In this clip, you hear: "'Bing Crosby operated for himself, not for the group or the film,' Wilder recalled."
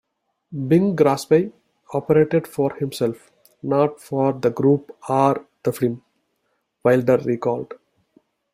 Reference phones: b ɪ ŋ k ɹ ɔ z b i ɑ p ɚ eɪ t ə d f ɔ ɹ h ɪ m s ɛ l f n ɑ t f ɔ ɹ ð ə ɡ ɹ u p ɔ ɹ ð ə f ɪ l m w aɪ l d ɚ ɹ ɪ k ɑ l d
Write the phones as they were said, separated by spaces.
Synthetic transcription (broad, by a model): b ɪ ŋ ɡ ɹ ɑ s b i ɑ p ɚ eɪ t ə d f ɔ ɹ h ɪ m s ɛ l f n ɑ t f ɔ ɹ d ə ɡ ɹ u p ɔ ɹ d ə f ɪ m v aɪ l d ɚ ɹ ɪ k ɑ l d